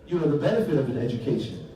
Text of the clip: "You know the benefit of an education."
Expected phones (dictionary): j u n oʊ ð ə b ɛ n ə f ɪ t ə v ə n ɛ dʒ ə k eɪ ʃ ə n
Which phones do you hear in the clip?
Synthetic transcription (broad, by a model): j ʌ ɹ ð ə b ɛ n ə f ɪ t ə v ə n ɛ dʒ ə k eɪ ʃ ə n